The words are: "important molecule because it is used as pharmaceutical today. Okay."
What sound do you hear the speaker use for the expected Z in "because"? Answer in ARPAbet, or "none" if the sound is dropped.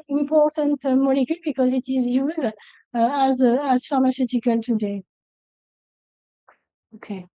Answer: Z